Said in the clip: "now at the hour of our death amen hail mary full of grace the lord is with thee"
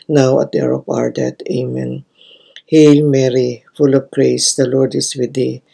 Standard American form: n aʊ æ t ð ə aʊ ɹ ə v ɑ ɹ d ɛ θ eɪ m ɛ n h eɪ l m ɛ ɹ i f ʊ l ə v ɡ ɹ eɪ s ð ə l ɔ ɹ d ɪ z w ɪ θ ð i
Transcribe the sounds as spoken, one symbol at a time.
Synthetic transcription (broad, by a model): n aʊ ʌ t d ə ɹ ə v ɑ ɹ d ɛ t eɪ m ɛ n h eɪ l m ɛ ɹ i f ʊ l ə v ɡ ɹ eɪ s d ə l ɔ ɹ d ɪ s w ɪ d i